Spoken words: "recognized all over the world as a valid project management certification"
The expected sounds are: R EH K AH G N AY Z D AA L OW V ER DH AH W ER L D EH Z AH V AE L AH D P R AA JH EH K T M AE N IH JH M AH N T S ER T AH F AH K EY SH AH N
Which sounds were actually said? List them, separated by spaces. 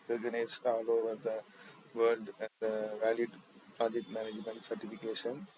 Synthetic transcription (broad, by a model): R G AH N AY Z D AA L OW V ER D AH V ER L D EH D AH V AE L AH D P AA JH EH T M AE N IH JH M AH N T S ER T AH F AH K EY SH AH N